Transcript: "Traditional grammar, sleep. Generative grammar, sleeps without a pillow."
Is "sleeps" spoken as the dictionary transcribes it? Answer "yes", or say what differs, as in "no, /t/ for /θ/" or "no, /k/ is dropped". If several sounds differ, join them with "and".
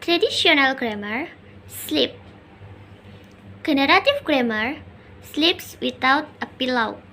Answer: yes